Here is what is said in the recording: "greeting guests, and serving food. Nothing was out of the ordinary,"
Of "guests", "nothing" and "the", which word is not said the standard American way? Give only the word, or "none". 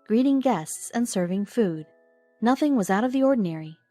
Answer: none